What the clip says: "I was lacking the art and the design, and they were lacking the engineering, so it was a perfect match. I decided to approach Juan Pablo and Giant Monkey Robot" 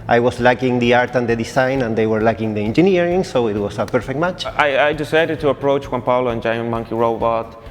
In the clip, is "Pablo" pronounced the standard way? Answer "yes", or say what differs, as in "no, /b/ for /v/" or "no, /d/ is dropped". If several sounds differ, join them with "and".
no, /b/ is dropped